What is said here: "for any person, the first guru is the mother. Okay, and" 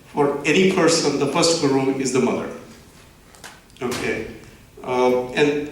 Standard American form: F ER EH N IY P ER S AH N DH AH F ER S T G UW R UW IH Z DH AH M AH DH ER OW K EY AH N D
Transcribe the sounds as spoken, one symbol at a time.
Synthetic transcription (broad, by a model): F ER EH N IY P ER S AH N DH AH P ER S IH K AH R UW IH Z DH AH M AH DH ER OW K EY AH N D